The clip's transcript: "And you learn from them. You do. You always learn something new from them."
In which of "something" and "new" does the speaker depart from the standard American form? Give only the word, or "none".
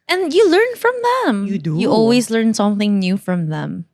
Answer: none